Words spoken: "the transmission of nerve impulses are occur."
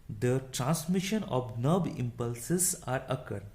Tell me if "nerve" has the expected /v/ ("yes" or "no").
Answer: no